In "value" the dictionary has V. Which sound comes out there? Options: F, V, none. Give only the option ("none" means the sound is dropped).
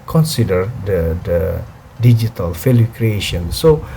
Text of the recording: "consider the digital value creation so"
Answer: F